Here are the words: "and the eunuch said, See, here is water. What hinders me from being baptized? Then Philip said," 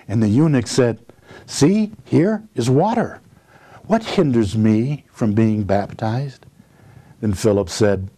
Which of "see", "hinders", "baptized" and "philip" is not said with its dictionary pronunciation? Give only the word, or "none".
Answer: none